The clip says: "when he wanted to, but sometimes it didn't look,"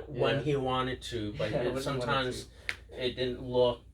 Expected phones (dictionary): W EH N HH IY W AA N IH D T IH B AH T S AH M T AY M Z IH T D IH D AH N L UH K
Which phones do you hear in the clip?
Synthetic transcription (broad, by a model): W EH N IY W AA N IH D T IH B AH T S AH M T AY M Z IH T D IH D N L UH